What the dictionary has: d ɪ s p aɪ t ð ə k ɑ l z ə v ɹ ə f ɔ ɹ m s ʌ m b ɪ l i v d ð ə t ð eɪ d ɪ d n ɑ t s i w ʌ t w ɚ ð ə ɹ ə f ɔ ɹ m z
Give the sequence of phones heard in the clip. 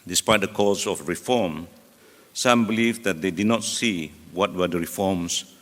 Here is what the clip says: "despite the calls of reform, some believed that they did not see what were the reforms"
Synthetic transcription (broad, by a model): d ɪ s p aɪ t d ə k ɑ z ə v ɹ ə f ɔ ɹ m s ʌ m b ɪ l i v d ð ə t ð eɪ d ɪ d n ɑ t s i w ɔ t w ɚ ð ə ɹ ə f ɔ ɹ m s